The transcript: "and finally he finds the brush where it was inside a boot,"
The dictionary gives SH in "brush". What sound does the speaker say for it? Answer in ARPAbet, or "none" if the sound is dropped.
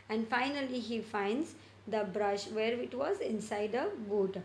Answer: SH